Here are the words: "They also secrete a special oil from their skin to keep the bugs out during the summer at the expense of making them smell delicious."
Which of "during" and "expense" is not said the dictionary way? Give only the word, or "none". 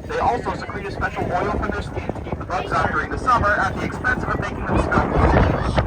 none